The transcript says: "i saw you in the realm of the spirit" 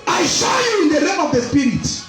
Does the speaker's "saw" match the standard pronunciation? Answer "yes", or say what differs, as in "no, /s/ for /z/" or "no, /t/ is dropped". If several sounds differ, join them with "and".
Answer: no, /ʃ/ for /s/